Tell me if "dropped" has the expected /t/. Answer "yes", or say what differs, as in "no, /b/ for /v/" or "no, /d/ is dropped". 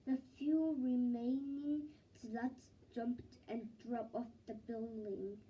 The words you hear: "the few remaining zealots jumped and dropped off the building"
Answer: no, /t/ is dropped